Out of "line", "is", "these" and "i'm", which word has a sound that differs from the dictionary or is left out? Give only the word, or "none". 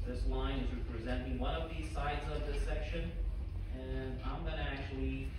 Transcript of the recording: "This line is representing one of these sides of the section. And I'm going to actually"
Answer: none